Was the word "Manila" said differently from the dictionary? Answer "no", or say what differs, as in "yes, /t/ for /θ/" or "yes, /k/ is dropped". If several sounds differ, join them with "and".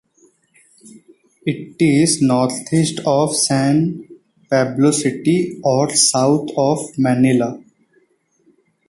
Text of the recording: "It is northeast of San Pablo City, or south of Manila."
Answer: no